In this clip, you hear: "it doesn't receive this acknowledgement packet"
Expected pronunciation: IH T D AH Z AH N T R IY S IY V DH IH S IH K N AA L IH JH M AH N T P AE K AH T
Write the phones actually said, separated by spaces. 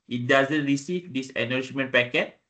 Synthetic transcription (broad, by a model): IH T D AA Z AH N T R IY S IY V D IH S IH N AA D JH M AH N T P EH K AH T